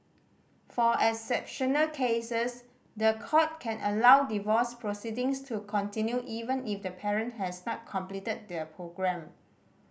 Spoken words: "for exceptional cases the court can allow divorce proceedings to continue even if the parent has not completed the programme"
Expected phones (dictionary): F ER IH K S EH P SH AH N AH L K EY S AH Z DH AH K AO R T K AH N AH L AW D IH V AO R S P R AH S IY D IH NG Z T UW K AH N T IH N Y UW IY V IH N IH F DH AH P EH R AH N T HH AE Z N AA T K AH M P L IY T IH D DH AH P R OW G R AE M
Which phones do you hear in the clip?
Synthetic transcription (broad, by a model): F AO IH S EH P SH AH N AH L K EY S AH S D AH K AO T K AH N AH L AW D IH V AO S P R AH S IY D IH NG S T UW K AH N T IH N Y UW IY V IH N IH F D AH P EH R AH N T HH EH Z N AA T K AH M P L IY T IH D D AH P R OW G R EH M